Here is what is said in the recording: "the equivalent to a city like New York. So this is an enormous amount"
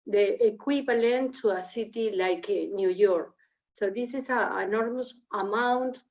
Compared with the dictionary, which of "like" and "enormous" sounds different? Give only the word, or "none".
none